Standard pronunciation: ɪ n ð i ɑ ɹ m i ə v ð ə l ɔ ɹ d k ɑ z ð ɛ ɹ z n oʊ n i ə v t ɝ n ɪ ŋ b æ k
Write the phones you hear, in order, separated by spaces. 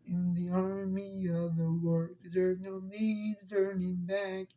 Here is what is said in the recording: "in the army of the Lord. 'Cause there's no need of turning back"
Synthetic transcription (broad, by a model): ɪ n ð i ɑ ɹ m i ə v ð ə w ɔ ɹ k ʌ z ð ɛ ɹ z n oʊ n i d t ɝ n ɪ ŋ b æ k